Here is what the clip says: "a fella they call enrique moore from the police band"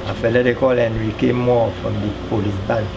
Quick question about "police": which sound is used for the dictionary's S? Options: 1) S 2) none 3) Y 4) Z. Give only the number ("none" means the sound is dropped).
2